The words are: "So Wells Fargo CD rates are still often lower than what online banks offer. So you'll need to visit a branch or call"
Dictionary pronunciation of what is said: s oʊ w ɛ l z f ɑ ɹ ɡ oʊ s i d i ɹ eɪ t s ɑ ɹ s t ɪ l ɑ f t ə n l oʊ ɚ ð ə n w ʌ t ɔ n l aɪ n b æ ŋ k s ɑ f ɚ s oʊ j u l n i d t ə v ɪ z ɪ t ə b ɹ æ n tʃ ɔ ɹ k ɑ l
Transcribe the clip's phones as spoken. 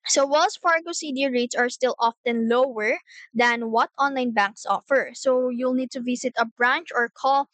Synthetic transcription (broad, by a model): s oʊ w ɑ l s f ɑ ɹ ɡ oʊ s i d i ɹ eɪ t s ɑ ɹ s t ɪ l ɑ f t ə n l oʊ ɚ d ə n w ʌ t ɔ n l aɪ n b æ ŋ k s ɑ f ɚ s oʊ j u l n i d t ə v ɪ s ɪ t ə b ɹ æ n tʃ ɔ ɹ k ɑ l